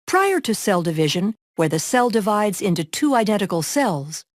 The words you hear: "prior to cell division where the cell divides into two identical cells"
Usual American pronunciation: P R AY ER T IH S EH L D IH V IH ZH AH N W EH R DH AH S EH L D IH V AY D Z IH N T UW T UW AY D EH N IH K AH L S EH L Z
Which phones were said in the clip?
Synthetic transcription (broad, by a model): P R AY ER T IH S EH L D IH V IH ZH AH N W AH R DH AH S EH L D IH V AY D Z IH N T UW T UW AY D EH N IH K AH L S EH L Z